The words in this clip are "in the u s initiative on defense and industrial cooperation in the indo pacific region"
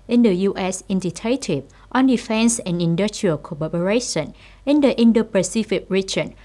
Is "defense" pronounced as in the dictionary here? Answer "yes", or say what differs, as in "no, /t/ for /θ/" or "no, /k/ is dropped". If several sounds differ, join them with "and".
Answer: yes